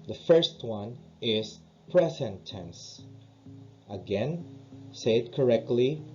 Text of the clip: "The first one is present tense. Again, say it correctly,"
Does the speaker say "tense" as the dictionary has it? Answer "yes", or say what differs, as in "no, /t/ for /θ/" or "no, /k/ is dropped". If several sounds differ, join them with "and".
yes